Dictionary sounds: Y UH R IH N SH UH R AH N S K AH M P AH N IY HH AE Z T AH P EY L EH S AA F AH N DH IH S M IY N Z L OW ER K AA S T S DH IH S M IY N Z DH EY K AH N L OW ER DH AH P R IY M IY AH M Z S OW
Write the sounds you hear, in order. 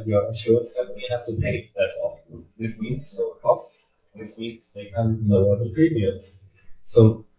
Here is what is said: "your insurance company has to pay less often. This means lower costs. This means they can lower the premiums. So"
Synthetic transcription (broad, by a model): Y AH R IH SH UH AH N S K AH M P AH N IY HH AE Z T AH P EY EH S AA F DH IH S M IY N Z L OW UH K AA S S DH IH S M IY N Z DH EY K AH N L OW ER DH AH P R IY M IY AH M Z S OW